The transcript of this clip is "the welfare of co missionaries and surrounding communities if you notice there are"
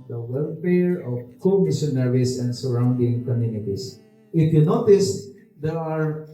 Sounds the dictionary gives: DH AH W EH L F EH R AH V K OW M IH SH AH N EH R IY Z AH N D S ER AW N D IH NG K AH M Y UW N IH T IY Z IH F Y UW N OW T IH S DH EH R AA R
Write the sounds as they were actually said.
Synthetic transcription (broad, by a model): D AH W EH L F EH R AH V K OW M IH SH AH N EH R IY S AH N D S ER AW N D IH NG K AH M Y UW N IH T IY S IH F Y UW N OW T IH S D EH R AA R